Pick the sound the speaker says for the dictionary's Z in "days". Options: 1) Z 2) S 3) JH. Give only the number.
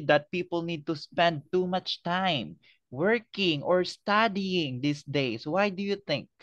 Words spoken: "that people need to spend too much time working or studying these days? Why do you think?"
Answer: 2